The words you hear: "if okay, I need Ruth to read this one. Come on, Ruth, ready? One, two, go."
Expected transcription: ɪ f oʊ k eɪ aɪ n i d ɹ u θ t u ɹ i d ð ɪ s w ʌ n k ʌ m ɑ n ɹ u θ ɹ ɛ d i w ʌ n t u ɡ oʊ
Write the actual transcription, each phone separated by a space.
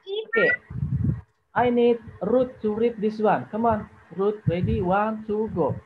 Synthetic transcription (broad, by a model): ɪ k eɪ aɪ n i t ɹ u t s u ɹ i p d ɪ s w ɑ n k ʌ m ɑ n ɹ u t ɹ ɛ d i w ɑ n s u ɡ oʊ